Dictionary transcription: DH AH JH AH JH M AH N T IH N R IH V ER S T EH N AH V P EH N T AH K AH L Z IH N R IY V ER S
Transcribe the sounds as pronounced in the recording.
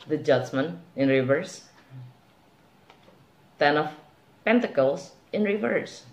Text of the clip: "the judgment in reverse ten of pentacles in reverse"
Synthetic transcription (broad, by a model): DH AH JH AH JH M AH N IH N R IH V ER S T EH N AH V P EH N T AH K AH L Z IH N R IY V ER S